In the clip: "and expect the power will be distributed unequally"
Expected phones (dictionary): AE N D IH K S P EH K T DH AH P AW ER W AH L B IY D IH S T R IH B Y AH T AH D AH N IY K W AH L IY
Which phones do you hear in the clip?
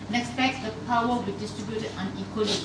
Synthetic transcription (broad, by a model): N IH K S F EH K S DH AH P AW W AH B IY D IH S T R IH B Y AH T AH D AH N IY K W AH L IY